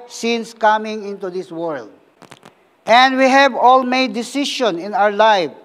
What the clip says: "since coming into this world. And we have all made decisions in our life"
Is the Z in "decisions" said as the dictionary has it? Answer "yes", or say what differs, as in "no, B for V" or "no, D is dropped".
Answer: no, Z is dropped